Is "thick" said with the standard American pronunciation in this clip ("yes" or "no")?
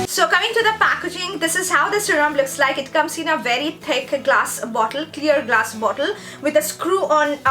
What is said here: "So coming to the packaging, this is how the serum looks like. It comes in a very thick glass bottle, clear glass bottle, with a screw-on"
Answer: no